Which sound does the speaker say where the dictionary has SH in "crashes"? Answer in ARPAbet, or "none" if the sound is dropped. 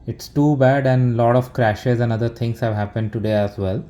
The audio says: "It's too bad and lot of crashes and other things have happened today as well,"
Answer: SH